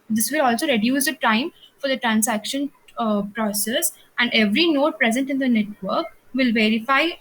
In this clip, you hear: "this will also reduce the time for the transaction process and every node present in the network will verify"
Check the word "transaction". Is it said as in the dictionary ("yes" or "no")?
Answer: no